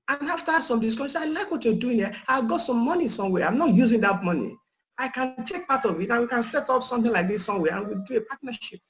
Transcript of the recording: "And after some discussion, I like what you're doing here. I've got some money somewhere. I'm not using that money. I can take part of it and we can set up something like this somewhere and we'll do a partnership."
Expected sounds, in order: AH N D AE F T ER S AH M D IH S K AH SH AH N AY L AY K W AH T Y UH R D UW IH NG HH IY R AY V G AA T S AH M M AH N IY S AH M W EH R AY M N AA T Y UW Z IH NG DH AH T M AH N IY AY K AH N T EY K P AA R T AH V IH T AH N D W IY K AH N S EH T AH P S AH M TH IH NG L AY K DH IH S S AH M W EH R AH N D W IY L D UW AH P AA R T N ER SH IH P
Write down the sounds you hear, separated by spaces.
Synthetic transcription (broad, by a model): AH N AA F T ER S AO M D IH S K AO S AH AY L AY K W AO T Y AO D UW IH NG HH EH AY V G AA T S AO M M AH N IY S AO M W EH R AY M N AA T Y UW Z IH NG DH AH T M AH N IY AY K AH N T EY K P AA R T AH V IH T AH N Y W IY K AH N S EH T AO P S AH M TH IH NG L AY K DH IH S S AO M W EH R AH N W IY L D UW AH P AA T N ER SH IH P